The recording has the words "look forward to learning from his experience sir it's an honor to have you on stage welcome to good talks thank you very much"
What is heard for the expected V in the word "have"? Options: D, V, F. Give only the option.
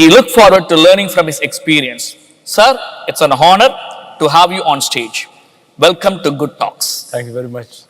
V